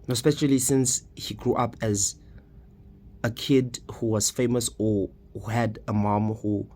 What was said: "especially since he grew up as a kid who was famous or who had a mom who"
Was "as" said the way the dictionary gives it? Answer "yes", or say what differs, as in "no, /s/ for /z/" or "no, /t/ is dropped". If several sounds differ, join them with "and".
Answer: yes